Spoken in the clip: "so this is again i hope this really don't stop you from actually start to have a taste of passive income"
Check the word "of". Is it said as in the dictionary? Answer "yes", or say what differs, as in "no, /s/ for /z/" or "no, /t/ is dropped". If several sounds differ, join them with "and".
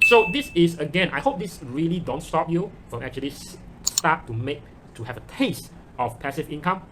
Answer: no, /f/ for /v/